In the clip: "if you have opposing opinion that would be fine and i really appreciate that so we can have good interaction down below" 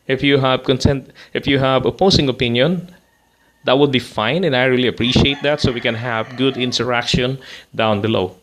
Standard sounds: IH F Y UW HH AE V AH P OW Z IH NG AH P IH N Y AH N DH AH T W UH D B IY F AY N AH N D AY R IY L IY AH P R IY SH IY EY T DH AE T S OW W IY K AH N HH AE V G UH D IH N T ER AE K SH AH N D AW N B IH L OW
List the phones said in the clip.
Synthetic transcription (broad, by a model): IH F Y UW HH AE V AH P OW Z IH NG AH P IH N Y AH N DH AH T W UH D B IY F AY N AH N AY R IY L IY AH P R IY SH IY EY T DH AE T S OW W IY K AH N HH AE V G UH D IH N T ER AE K SH AH N D AW N B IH L OW